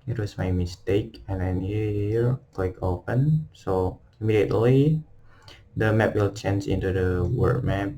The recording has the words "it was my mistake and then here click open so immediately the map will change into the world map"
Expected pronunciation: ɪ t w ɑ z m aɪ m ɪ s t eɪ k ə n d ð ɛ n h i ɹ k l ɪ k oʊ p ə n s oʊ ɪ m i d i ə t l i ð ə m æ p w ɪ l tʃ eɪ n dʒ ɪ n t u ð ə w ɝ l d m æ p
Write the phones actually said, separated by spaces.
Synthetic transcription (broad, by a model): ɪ t w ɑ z m aɪ m ɪ s t eɪ k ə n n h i h i ɹ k w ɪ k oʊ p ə n s oʊ ɪ m i d i ə t l i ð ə m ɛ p w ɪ l tʃ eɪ n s ɪ n t u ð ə w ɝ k m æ p